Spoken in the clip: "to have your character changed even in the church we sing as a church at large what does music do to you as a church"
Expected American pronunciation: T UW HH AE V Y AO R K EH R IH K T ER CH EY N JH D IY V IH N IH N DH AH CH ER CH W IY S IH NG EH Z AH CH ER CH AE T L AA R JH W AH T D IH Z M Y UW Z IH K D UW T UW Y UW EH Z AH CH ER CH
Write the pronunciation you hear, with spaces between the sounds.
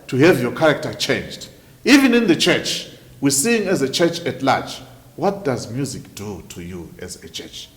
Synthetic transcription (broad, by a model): T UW HH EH V Y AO K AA R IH K T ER CH EY N JH D IY V IH N IH N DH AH CH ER CH W IY S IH NG EH Z AH CH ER CH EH T L AA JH W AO T D IH Z M Y UW Z IH K D UW T UW Y UW EH Z AH CH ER CH